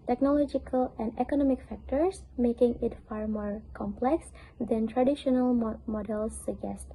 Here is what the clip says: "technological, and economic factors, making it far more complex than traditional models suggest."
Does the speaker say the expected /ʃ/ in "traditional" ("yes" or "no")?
yes